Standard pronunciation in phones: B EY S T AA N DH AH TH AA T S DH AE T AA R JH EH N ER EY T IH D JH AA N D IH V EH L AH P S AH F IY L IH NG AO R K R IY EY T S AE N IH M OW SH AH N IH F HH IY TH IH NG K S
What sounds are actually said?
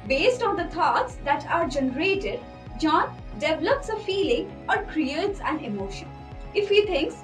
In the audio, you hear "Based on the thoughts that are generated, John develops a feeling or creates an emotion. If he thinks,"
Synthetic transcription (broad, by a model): B EY S T AA N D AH T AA T S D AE T AA R JH EH N ER EY T IH D JH AA N D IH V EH L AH P S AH F IY L IH NG AO R K R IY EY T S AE N IH M OW SH AH N IH F HH IY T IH NG K S